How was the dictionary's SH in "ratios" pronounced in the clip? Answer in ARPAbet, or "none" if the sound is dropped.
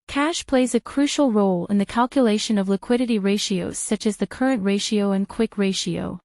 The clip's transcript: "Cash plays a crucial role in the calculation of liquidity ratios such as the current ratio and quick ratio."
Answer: SH